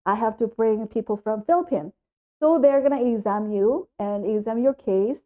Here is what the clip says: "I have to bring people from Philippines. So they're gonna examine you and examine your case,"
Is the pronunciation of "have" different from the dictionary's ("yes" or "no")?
yes